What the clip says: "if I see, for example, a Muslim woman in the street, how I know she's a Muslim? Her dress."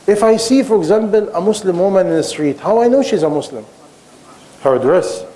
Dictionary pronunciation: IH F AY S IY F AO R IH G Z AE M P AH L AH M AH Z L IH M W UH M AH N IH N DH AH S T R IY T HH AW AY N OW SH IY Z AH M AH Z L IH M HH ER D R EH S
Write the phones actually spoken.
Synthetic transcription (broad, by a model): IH F AY S IY F AO R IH G Z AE M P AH L AH M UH S L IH M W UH M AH N IH N DH AH S T R IY T HH AW AY N OW SH IY Z AH M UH S L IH M HH ER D R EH S